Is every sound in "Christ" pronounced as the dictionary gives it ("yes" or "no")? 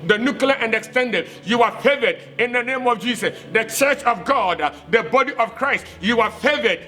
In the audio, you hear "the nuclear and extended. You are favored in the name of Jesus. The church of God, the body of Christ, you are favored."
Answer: yes